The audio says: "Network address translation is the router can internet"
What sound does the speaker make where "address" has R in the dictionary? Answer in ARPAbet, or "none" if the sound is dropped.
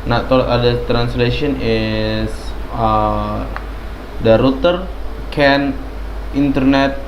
none